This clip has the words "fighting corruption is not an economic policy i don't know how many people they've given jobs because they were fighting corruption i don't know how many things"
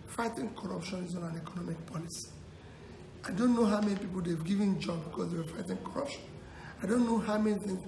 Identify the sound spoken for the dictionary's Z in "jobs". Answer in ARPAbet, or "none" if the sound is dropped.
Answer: none